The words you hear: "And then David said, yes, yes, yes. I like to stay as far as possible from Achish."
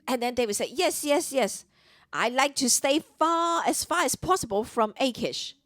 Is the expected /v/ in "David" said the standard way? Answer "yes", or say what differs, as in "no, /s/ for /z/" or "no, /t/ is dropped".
no, /w/ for /v/